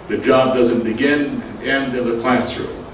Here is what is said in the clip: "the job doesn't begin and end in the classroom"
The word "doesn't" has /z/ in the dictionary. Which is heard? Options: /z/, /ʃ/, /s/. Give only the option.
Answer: /z/